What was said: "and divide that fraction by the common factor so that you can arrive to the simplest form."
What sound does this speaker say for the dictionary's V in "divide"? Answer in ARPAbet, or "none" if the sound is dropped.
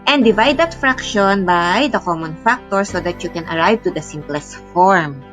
V